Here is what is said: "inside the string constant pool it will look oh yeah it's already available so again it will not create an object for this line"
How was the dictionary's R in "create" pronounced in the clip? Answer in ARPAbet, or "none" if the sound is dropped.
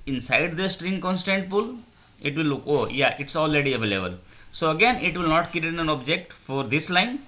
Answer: none